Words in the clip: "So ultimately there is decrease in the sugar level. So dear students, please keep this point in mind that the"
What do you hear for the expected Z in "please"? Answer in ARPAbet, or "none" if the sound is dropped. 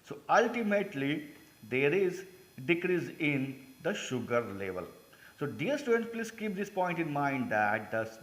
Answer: S